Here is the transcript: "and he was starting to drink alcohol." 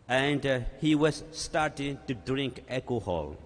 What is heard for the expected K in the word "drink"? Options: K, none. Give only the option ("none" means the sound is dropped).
K